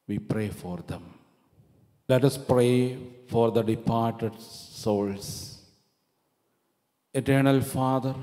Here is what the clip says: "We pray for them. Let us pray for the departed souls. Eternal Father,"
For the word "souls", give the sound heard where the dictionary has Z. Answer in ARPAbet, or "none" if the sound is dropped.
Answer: S